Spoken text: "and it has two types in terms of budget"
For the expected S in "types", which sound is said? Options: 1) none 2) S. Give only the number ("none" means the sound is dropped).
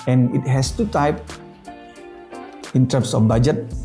1